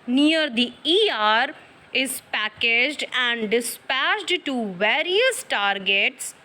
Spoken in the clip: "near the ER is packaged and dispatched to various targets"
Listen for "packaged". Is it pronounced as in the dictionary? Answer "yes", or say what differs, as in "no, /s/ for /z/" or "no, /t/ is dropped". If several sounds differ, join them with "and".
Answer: yes